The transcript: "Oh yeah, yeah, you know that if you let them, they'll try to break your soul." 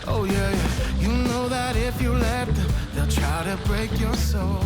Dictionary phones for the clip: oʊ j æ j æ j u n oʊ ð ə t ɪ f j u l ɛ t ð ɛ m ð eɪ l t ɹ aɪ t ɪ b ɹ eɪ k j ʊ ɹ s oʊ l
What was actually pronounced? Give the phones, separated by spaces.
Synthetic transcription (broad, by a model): oʊ j æ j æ j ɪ n oʊ ð ə t ɪ f j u l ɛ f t ð eɪ l t ɹ aɪ t ɪ b ɹ eɪ k j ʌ ɹ s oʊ l